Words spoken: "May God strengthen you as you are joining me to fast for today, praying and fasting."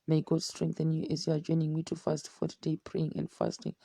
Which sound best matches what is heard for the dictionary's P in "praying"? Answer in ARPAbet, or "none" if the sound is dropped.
P